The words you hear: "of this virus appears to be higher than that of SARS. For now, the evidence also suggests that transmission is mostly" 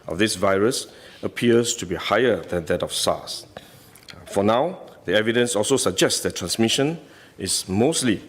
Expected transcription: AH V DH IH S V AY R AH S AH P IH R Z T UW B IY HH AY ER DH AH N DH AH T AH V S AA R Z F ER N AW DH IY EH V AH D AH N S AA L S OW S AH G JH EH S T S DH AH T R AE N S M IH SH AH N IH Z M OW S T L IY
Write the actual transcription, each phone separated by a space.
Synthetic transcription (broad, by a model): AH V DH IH S V AY R AH S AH P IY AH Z T UW B IY HH AY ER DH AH N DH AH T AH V S AA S F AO N AW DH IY EH V AH D AH N S AA L S OW S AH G JH EH S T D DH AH T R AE N S M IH SH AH N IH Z M OW S T L IY